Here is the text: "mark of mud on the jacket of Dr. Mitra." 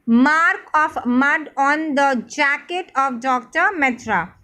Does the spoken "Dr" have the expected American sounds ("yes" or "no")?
yes